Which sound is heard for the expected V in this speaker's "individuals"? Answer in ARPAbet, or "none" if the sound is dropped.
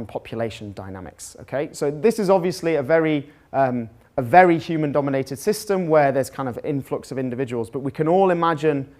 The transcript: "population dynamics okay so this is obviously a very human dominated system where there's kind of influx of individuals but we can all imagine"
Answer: V